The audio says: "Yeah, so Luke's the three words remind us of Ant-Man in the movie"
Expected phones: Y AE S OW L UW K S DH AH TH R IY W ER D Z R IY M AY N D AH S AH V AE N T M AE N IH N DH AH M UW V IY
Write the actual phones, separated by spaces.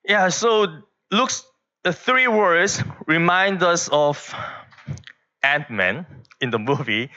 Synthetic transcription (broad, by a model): Y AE S OW L UW K S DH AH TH R IY W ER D S R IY M AY N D AH S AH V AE N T M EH N IH N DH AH M UW V IY